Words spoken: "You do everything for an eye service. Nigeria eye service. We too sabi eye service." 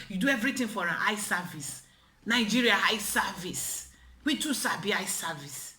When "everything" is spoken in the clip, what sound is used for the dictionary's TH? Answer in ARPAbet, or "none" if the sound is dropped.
T